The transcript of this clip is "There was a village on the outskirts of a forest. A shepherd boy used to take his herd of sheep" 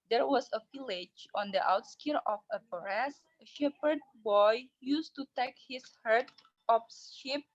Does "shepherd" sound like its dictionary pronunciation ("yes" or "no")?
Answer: yes